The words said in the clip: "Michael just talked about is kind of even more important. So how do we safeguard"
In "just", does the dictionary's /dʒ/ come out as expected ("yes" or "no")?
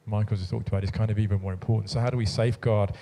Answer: no